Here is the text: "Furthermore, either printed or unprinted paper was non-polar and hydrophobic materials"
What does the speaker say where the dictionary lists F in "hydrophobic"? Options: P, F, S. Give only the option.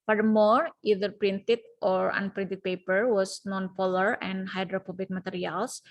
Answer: P